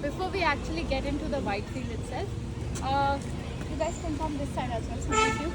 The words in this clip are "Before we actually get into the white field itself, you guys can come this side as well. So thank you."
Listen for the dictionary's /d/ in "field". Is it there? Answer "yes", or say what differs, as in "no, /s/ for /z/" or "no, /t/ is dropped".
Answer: no, /d/ is dropped